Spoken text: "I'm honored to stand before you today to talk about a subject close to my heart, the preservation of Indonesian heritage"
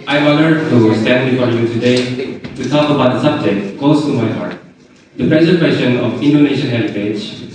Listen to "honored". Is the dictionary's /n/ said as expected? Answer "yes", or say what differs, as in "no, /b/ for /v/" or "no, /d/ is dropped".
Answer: no, /l/ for /n/